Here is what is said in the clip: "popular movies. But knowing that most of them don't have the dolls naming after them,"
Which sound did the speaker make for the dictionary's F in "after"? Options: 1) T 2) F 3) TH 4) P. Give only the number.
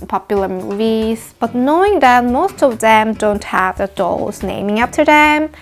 4